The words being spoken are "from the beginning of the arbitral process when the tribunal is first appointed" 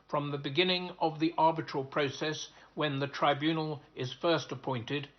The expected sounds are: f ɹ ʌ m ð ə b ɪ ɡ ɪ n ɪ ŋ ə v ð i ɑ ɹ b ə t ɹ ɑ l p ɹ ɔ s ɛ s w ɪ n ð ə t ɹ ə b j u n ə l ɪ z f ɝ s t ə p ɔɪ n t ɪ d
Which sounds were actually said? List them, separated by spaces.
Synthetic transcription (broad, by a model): f ɹ ʌ m ð ə b ɪ ɡ ɪ n ɪ ŋ ə v ð i ɑ ɹ b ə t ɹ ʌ l p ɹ ɔ s ɛ s w ɪ n ð ə t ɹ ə b j u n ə l ɪ z f ɝ s t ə p ɔɪ n t ɪ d